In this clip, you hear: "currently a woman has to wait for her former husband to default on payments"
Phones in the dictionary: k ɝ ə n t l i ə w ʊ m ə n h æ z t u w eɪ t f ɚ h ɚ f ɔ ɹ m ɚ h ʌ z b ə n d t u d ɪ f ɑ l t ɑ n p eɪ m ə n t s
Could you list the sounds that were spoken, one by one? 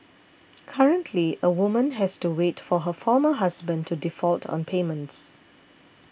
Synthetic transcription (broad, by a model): k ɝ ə n t l i ə w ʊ m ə n h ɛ s t u w eɪ t f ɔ h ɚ f ɔ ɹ m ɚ h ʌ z b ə n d t u d ɪ f ɑ l t ɑ n p eɪ m ə n t s